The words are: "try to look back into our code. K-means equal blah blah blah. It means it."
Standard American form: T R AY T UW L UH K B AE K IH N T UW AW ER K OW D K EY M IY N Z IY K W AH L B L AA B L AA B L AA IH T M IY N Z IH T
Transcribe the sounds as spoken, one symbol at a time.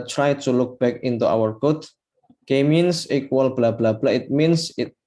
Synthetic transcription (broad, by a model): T R AY T UW L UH K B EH K IH N T UW AW ER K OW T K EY M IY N S IY K W AH L B L AA B L AA B L AA IH T M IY N S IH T